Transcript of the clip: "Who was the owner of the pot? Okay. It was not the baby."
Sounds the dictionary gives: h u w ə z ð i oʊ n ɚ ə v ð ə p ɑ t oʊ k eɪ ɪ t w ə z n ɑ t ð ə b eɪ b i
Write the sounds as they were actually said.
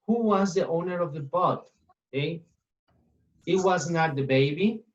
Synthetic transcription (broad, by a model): h u w ə z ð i oʊ n ɚ ə v ð ə b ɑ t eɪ ɪ t w ə z n ɑ t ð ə b eɪ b i